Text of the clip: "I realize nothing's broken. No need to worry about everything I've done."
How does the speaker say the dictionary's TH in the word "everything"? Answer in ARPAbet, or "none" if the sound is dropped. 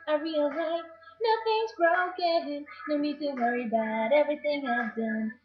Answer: TH